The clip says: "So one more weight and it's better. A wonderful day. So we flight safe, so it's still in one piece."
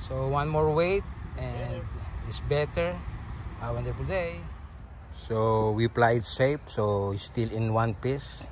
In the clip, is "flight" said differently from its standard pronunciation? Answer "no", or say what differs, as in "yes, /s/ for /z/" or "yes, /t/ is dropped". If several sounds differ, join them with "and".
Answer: yes, /p/ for /f/